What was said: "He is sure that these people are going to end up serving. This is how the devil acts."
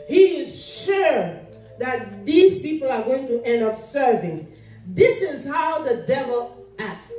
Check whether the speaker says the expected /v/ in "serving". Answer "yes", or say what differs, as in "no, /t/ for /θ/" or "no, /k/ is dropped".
yes